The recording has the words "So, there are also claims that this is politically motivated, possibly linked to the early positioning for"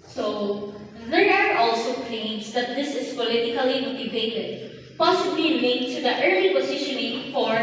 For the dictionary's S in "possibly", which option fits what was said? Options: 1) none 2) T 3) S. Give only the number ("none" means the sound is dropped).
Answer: 3